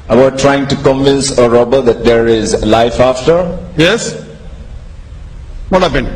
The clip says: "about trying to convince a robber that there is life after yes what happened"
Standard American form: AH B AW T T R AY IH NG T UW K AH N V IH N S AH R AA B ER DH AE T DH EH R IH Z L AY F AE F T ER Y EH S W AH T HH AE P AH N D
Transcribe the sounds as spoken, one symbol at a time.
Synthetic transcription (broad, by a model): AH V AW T T R AY IH NG T UW K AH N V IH N S AH R AA B ER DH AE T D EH R IH Z L AY F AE F T ER Y EH S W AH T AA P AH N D